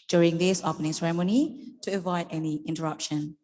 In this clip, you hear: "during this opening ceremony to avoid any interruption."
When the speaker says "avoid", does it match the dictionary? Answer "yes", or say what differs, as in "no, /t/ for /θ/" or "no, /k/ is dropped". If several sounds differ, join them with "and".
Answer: yes